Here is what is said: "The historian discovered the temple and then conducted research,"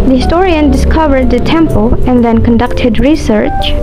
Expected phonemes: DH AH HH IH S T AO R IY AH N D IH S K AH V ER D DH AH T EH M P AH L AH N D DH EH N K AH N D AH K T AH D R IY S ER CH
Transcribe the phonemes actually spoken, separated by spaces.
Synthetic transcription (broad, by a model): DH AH HH IH S T AO R IY AH N D IH S K AH V ER D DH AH T EH M P AH L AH N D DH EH N K AH N D AH K T AH D R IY S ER CH